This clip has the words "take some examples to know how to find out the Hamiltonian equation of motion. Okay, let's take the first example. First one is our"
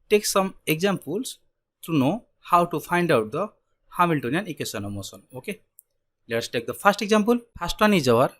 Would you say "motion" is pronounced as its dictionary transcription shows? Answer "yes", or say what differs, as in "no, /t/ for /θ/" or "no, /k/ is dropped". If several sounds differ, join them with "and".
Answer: no, /s/ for /ʃ/